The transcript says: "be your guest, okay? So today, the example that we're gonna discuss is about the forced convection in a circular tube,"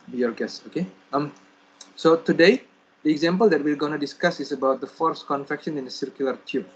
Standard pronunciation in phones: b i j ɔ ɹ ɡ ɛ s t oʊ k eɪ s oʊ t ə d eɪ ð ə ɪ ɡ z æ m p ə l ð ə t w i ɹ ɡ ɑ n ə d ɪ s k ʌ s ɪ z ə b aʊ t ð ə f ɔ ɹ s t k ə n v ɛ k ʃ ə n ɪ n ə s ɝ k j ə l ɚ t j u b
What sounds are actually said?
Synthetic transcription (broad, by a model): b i j ɔ ɹ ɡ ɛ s oʊ k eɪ s oʊ t ə d eɪ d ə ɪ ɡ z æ m p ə l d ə t w i ɹ ɡ ɑ n ə d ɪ s k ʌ s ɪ s ə b aʊ t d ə f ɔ ɹ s k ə n f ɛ k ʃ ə n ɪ n ə s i k j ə l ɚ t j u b